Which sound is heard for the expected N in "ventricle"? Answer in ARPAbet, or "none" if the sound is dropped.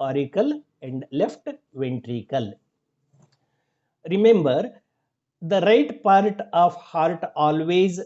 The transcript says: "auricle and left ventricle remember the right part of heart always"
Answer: N